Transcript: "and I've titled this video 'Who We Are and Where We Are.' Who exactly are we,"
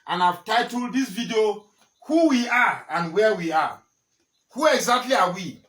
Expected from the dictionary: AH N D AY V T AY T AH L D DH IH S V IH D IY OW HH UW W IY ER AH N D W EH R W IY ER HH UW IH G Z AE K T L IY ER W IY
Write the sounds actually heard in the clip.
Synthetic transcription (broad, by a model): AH N AY V T AY T AH L D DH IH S V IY D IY OW HH UW W IY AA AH N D W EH W IY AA HH UW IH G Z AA K T L IY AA W IY